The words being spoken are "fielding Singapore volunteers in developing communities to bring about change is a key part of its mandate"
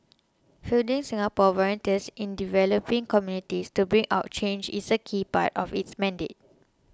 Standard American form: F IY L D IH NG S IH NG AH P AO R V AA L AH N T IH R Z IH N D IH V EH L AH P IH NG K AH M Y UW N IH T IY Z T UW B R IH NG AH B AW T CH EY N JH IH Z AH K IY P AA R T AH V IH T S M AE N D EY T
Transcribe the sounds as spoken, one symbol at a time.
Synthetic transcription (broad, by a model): F IY L D IH NG S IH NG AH P AO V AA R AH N T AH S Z IH N D IH V EH L AH P IH NG K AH M Y UW N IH T IY S T UW B R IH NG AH UH T CH EY N JH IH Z AH K IY P AA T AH F IH T S M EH N D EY T